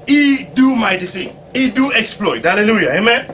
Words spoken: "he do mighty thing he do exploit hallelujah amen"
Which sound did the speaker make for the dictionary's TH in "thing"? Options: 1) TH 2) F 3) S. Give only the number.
3